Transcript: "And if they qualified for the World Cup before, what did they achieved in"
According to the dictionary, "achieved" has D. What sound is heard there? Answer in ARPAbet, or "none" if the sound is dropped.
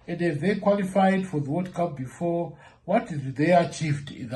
D